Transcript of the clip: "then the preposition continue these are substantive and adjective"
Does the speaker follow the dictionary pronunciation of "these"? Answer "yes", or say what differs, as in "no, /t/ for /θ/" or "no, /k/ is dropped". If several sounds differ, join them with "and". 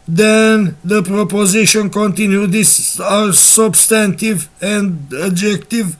no, /s/ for /z/